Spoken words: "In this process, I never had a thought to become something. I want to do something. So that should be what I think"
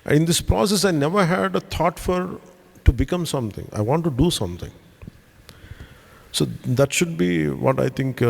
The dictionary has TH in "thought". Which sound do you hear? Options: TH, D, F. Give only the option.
F